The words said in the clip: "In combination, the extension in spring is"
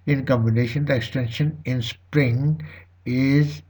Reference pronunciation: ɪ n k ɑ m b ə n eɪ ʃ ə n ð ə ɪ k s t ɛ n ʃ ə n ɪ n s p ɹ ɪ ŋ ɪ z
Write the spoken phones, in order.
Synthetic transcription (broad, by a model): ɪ n k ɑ m b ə n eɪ ʃ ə n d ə ɪ k s t ɛ n ʃ ə n ɪ n s p ɹ ɪ ŋ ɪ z